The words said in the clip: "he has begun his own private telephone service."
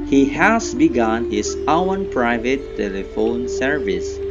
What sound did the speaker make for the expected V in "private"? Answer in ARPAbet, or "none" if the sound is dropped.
V